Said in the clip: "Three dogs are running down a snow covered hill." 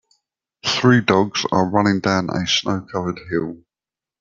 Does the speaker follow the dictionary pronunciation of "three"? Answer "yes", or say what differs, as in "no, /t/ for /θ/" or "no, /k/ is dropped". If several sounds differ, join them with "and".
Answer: yes